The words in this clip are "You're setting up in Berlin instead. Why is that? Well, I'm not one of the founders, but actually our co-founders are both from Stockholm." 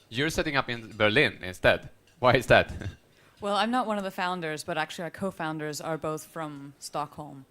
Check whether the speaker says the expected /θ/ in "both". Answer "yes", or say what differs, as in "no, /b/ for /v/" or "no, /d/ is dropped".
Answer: yes